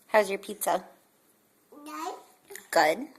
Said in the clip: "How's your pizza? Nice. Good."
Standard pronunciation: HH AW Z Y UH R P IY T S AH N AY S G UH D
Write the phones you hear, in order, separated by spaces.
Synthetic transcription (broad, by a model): HH AW Z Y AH R P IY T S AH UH G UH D